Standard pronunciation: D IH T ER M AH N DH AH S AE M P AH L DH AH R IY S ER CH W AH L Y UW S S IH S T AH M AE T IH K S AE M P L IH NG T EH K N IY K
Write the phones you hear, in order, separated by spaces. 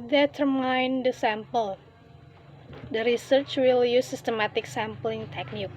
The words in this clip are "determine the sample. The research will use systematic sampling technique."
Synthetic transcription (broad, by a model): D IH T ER M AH N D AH S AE M P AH L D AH R IY S ER CH W AH L Y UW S S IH S T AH M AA T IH K S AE M P L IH NG T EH K N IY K